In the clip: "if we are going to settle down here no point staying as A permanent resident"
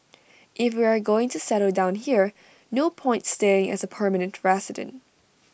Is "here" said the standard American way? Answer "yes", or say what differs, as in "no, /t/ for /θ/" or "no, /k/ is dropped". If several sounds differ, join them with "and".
yes